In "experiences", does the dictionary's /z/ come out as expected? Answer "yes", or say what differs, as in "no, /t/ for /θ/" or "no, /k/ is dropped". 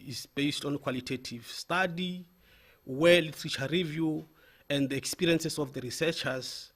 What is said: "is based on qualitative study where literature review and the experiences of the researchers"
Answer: no, /s/ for /z/